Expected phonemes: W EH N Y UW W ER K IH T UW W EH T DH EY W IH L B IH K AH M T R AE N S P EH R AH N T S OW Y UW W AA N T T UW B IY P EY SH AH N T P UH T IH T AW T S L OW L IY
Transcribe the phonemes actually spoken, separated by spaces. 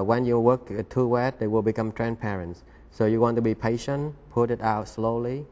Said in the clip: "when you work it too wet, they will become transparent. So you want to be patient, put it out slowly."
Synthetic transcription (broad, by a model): W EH N Y UW W ER K IH T UW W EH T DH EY W IH L B IH K AH M T R AE N S P EH R AH N T S OW Y UW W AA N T T UW B IY P EY SH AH N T P UH T IH T AW T S L OW L IY